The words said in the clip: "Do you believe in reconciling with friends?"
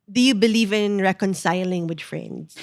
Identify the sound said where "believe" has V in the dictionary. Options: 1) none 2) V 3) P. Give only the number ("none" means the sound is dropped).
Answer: 2